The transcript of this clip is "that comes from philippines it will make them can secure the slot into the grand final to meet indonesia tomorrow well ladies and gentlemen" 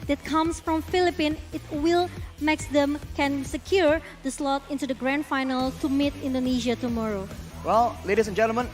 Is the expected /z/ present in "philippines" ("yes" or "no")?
no